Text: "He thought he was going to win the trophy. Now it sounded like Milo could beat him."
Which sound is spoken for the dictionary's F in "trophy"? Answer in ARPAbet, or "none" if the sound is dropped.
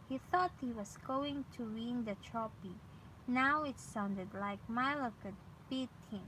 P